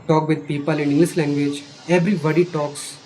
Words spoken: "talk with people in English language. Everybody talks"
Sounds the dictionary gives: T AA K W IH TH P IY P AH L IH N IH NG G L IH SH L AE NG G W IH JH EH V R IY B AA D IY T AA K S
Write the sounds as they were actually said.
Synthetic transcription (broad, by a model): T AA K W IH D P IY P AH L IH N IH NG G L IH S L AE NG G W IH JH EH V R IY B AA D IY T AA K S